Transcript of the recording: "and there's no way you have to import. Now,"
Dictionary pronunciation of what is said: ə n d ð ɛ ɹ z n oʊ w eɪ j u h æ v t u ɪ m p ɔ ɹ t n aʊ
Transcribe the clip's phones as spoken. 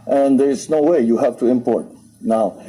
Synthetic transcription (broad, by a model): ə n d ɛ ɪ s n oʊ w eɪ j u h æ f t u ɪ m p ɔ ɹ t n aʊ